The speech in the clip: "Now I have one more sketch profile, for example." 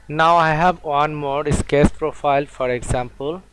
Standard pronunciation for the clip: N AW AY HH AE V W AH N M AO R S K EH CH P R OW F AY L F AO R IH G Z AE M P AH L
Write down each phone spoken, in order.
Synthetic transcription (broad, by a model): N AW AY HH AE V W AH N M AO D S K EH S P R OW F AY L F AO R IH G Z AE M P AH L